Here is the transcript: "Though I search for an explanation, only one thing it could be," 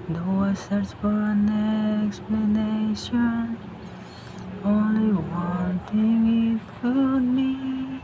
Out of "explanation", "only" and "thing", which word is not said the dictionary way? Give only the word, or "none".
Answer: thing